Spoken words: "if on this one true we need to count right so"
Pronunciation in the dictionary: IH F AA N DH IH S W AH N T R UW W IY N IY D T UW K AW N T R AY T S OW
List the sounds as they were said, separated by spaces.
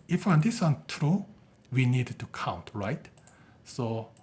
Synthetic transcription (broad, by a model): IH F AA N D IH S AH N T R UW W IY N IY D T UW K AW N T R AY T S OW